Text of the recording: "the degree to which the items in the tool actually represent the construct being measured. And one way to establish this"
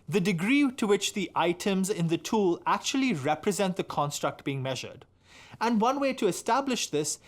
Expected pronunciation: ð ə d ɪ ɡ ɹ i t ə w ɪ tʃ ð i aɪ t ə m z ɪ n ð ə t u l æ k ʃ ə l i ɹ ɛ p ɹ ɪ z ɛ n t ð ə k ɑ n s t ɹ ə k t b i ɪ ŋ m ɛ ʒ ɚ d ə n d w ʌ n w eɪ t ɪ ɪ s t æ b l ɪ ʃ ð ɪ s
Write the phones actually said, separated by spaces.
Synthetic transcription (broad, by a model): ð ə d ɪ ɡ ɹ i t ə w ɪ tʃ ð i aɪ t ə m z ɪ n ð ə t u l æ k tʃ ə l i ɹ ɛ p ɹ ɪ z ɛ n t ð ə k ɑ n s t ɹ ə k t b i ɪ ŋ m ɛ ʒ ɚ d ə n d w ʌ n w eɪ t ɪ ɪ s t æ b l ɪ ʃ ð ɪ s